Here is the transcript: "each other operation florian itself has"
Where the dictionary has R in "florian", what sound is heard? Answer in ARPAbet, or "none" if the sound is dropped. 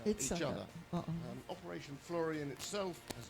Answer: R